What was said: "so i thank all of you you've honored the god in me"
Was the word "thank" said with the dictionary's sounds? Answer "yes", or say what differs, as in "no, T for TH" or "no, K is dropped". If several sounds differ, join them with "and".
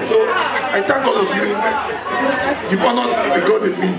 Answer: no, T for TH